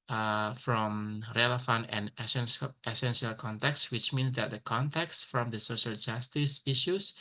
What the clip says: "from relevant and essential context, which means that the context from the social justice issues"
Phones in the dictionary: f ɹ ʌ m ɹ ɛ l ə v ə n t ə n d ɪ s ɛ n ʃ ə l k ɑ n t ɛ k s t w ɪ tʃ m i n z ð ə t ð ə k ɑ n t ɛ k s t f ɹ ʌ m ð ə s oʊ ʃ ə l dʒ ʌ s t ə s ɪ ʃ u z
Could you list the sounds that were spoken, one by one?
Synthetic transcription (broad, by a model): f ɹ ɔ m ɹ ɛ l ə f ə n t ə n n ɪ s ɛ n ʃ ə l k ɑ n t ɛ k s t w ɪ tʃ m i n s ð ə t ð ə k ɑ n t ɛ k s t f ɹ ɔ m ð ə s oʊ ʃ ə l dʒ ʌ s t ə s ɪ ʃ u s